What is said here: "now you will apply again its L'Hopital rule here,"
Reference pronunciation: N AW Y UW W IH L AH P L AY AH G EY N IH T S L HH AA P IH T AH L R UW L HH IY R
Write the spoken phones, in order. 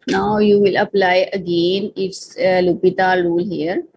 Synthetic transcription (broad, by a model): N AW Y UW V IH L AH P L AY AH G EY N IH T S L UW P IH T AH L R UW L HH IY R